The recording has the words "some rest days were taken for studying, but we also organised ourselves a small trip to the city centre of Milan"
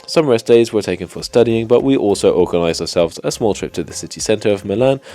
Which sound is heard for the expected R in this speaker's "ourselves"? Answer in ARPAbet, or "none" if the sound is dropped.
R